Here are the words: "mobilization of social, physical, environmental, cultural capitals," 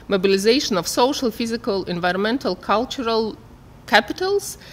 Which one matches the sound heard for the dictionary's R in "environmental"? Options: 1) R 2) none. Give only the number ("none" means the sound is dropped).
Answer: 1